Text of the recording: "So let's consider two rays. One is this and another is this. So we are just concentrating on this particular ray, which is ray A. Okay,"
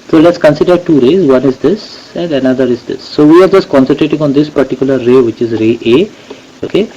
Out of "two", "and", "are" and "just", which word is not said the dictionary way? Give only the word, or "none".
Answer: none